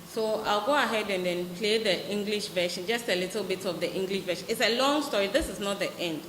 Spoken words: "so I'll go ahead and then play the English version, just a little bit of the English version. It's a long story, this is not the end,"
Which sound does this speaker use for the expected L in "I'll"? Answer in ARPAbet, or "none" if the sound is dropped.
L